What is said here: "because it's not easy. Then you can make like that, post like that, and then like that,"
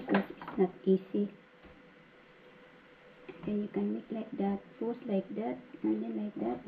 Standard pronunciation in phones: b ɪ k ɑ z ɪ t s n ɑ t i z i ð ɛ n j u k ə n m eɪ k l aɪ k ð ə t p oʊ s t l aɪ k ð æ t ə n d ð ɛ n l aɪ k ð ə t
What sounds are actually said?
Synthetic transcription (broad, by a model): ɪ k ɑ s ɪ t s n ɑ t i s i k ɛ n j u k ə n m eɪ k l aɪ k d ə t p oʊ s l aɪ k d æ t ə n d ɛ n l aɪ k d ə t